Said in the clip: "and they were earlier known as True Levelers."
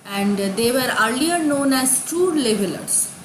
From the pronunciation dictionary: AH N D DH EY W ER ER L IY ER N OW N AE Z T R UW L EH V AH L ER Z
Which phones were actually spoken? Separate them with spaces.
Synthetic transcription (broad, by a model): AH N D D EY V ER ER L IY ER N OW N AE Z T UW L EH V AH L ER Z